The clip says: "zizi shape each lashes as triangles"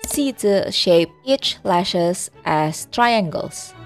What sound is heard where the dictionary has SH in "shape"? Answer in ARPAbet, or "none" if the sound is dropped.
SH